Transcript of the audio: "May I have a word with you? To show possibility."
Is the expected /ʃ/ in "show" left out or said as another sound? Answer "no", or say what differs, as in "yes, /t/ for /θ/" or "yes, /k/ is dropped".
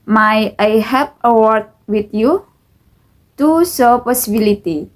yes, /s/ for /ʃ/